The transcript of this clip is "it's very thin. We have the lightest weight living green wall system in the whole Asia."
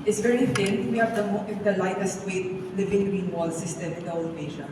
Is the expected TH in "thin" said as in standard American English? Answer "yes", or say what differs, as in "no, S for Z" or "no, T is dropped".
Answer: no, F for TH